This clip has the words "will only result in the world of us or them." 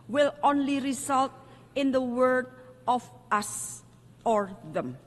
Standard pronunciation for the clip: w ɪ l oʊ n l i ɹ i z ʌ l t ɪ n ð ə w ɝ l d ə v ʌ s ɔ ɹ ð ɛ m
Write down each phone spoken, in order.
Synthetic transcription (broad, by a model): w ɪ l oʊ n l i ɹ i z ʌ l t ɪ n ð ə w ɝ d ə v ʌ s ɔ ɹ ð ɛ m